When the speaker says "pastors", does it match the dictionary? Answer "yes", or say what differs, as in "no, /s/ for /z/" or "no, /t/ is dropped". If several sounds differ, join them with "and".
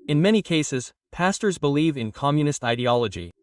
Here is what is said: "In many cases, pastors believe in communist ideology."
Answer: yes